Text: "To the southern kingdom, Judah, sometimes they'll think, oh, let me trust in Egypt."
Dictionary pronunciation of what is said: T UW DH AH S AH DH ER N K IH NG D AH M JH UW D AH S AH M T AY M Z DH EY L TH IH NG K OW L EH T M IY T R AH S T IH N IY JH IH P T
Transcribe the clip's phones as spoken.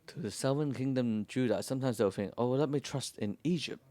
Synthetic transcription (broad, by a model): T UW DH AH S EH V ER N K IH NG D AH M JH UW D AH S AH M T AY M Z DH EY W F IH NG OW L EH T M IY T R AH S T IH N IY JH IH P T